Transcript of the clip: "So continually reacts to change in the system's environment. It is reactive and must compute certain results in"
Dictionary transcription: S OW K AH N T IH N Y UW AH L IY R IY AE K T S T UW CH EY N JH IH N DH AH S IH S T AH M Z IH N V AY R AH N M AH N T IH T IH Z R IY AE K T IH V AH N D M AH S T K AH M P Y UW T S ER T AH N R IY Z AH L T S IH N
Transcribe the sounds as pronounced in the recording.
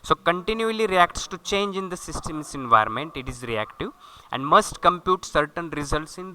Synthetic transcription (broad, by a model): S OW K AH N T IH N Y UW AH L IY R IY AE K T S T UW CH EY N JH IH N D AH S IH S T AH M S IH N V AY R AH N M AH N T IH T IH Z R IY AE K T IH V AH N D M AH S T K AH M P Y UW T S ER T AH N R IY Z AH L T S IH N